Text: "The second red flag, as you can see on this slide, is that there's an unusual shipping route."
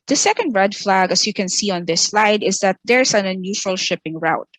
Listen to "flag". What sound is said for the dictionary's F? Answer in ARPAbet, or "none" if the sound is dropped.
F